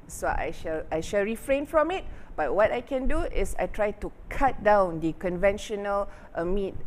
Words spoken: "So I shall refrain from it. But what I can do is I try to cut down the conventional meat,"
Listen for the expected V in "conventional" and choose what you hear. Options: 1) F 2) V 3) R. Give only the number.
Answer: 2